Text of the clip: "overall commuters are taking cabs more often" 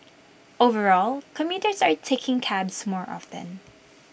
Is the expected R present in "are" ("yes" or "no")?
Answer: yes